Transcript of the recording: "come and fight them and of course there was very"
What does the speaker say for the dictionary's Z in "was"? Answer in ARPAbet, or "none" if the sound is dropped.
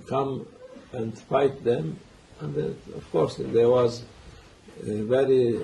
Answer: Z